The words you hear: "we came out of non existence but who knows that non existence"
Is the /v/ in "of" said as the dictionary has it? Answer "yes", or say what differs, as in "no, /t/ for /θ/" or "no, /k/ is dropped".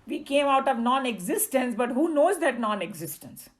yes